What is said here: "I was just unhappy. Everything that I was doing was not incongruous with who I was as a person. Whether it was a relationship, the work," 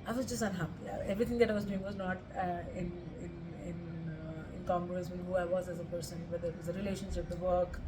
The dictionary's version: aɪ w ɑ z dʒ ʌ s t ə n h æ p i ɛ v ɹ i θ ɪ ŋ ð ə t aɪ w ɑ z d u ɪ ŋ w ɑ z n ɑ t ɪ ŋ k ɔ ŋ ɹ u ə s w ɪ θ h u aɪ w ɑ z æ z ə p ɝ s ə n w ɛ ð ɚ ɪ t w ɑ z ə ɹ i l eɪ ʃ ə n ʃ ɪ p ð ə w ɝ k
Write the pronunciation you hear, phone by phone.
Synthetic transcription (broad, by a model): aɪ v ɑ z dʒ ʌ s t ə n h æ p i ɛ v ɹ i t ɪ ŋ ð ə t aɪ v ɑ z d u ɪ ŋ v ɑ z n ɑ t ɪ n k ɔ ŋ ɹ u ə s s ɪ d h u aɪ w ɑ z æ z ə p ɝ s ə n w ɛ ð ɚ ɪ t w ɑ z ə ɹ i l eɪ ʃ ə n ʃ ɪ p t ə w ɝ k